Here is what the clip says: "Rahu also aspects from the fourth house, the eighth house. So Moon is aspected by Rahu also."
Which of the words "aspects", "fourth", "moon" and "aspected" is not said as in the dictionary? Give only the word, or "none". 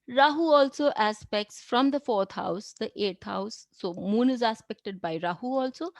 fourth